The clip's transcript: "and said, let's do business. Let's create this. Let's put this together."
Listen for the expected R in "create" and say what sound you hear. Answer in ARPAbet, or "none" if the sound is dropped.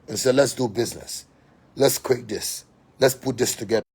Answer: W